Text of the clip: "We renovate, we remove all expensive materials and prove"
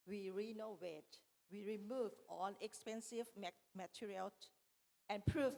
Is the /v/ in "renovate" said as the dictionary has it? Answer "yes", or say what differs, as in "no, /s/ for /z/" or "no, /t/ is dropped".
no, /w/ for /v/